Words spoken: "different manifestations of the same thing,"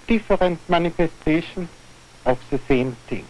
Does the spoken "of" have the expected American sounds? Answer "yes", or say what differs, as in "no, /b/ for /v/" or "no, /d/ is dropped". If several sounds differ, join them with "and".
no, /f/ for /v/